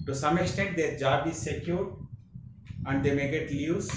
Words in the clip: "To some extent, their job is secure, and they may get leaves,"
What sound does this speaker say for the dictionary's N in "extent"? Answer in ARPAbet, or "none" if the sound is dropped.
none